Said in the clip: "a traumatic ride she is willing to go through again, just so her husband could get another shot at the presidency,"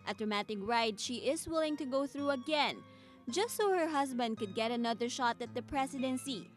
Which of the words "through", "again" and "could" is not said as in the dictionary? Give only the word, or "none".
none